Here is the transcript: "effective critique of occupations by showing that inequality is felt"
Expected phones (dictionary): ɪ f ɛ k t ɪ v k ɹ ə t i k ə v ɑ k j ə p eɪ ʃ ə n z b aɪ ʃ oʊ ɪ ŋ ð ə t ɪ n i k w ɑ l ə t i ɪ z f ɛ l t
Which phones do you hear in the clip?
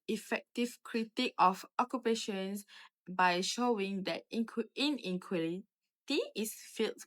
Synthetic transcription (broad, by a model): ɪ f ɛ k t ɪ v k ɹ ə t i k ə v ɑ k j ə p eɪ ʃ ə n s b aɪ ʃ oʊ ɪ ŋ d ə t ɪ n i k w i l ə t i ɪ s f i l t